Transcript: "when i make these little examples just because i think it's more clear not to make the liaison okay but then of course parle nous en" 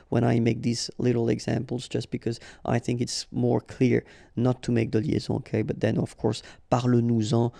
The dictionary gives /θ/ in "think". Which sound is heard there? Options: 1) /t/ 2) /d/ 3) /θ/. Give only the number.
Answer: 3